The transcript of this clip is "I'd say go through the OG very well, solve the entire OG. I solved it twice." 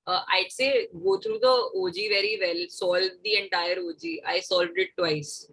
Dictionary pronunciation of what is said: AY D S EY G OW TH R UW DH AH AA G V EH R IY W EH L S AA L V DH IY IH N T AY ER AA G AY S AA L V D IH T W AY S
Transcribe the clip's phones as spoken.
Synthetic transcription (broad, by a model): AY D S EY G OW T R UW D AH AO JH V EH R IY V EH L S AA L V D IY IH N T AY ER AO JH AY S AA L V D IH T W AY S